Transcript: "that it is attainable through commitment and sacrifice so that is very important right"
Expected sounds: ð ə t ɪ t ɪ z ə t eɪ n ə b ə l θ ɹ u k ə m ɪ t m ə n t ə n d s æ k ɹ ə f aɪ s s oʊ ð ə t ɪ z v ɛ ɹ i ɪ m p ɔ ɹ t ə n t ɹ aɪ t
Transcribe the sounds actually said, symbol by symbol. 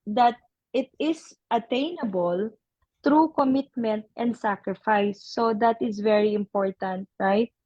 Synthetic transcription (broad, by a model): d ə t ɪ t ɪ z ə t eɪ n ə b ə l t ɹ u k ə m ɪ t m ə n t ə n d s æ k ɹ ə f aɪ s s oʊ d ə t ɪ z v ɛ ɹ i ɪ m p ɔ ɹ t ə n t ɹ aɪ t